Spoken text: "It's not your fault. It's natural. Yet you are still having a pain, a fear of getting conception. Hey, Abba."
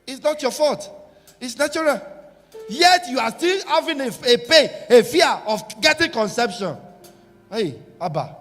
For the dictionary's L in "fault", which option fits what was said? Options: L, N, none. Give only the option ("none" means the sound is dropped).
none